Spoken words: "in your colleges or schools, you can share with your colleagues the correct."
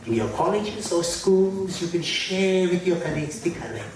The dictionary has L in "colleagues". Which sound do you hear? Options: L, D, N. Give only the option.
N